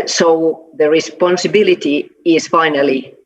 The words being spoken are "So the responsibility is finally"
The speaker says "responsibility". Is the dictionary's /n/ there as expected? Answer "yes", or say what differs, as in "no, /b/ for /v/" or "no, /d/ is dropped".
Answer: yes